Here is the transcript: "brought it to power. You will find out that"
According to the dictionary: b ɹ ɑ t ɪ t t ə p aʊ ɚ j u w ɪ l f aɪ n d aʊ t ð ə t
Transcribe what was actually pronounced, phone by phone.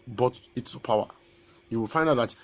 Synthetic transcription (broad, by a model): b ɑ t ɪ t s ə p aʊ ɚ j u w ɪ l f aɪ n d aʊ t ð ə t